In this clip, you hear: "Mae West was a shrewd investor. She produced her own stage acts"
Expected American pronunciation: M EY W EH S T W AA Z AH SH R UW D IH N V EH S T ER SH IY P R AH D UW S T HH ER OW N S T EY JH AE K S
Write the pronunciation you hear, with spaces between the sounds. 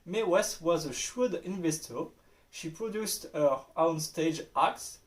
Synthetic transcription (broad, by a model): M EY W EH S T W AA Z AH SH UW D IH N V EH S T ER SH IY P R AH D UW S T HH ER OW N S T EY JH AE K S